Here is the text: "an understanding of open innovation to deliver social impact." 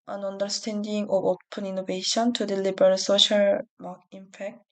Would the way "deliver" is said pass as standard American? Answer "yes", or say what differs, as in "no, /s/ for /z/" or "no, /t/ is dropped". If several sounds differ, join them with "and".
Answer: no, /b/ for /v/